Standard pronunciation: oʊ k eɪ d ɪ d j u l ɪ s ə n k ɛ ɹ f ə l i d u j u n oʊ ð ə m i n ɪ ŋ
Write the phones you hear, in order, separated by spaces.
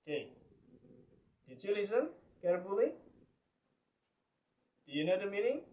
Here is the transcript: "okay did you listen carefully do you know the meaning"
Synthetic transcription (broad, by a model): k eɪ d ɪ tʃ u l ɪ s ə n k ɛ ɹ p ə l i d u j u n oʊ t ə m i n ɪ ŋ